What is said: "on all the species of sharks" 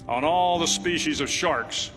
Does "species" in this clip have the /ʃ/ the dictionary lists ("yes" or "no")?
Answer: yes